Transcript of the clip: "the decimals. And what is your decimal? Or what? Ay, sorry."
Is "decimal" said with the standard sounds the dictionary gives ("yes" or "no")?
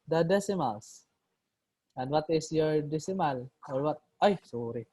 yes